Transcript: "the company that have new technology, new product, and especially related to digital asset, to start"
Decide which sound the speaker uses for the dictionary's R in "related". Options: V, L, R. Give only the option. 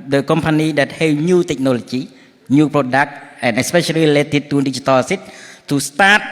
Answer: L